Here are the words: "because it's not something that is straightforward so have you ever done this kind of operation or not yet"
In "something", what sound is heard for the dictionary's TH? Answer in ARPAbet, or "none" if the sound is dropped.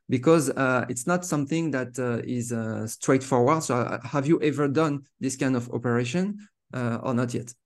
TH